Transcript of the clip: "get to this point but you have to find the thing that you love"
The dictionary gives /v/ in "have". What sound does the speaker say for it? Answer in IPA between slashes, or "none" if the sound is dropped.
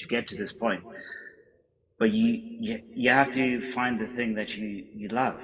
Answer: /f/